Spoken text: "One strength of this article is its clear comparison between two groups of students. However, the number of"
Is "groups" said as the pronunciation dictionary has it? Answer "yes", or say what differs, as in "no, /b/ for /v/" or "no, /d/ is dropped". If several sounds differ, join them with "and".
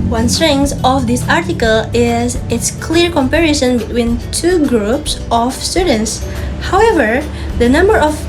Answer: yes